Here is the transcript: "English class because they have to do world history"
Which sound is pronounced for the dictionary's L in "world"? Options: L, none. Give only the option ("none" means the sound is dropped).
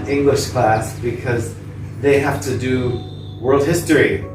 L